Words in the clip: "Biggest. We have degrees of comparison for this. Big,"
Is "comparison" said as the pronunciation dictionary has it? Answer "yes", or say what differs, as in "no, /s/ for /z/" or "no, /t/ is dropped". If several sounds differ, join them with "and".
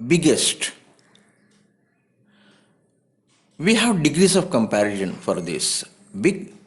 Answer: no, /ʃ/ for /s/